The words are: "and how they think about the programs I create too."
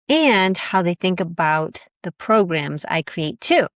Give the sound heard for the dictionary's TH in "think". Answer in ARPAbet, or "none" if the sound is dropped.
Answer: TH